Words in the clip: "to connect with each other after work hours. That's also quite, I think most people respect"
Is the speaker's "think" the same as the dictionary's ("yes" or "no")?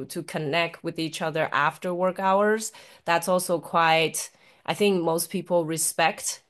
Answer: yes